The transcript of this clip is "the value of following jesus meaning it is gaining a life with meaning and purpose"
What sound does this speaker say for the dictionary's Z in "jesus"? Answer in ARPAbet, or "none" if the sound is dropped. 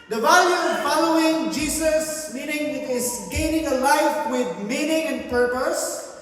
S